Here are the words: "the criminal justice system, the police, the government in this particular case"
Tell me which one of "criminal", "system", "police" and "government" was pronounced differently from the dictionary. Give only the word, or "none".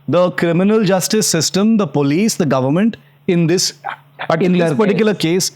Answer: none